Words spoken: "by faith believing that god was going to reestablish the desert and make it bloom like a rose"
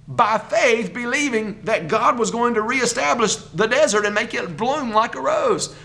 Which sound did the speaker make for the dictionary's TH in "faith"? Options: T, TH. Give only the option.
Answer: TH